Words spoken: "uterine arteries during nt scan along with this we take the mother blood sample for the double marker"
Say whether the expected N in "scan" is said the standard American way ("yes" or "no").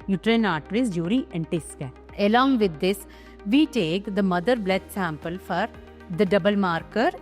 no